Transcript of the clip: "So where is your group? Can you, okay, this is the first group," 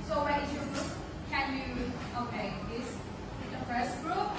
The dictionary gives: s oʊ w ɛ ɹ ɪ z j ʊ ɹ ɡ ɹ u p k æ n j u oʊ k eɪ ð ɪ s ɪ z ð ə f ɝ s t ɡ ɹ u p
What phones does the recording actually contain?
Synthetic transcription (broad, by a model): s oʊ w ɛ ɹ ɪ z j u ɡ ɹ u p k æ n j u oʊ k eɪ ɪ ɪ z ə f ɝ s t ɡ ɹ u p